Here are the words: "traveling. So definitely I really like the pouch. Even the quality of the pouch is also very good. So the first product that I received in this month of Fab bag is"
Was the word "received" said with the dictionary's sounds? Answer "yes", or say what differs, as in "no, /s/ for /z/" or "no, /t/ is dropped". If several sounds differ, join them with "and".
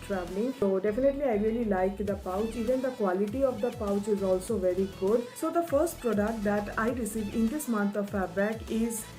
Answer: no, /d/ is dropped